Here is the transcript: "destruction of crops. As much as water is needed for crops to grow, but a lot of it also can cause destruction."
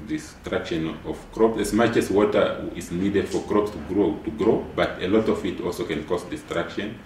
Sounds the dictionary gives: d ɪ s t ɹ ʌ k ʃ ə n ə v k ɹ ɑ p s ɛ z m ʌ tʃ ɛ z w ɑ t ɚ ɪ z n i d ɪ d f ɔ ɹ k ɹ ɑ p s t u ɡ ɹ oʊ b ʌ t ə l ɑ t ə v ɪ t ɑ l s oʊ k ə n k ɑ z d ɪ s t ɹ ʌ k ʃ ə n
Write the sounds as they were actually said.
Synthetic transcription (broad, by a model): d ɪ s t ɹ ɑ k ʃ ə n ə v k ɹ ɑ p s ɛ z m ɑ tʃ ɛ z w ɑ t ɚ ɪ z n i d ɪ d f ɔ ɹ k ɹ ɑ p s t u ɡ ɹ oʊ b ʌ t ə l ɑ t ə v ɪ t ɑ l s oʊ k ə n k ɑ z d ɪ s t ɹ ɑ k ʃ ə n